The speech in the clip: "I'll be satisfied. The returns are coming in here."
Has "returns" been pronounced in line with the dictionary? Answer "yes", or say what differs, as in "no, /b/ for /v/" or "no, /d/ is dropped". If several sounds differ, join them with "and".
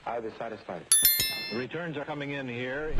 yes